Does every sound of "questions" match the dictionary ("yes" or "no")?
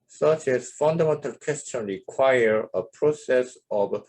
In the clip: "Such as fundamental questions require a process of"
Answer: no